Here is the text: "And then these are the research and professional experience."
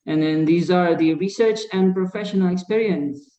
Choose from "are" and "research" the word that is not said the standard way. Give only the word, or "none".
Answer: none